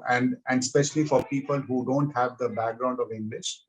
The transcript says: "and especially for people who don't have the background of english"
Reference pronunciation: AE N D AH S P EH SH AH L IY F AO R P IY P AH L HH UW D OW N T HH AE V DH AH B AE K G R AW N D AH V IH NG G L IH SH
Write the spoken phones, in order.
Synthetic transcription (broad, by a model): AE N D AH S P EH SH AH L IY F AO R P IY P AH L HH UW D OW N T HH AE V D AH B AE K G R AW N D AH V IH NG G L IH SH